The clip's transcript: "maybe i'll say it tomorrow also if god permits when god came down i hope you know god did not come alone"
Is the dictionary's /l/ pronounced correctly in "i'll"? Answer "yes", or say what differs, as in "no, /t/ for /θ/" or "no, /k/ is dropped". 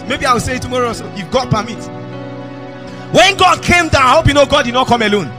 no, /w/ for /l/